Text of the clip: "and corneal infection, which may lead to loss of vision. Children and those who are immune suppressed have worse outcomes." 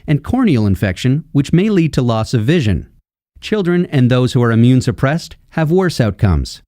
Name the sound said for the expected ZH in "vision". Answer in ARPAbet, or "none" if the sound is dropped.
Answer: ZH